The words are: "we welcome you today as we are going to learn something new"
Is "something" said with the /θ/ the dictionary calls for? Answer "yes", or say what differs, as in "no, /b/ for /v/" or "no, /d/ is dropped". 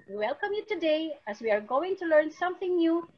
yes